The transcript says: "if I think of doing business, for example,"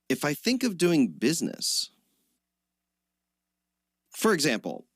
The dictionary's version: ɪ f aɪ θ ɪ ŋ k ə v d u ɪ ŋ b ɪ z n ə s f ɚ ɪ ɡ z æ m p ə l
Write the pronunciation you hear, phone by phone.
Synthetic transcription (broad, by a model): ɪ f aɪ θ ɪ ŋ k ə v d u ɪ ŋ b ɪ z n ə s f ɚ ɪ ɡ z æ m p l